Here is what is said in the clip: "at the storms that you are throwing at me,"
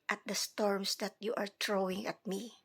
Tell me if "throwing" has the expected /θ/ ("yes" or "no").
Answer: no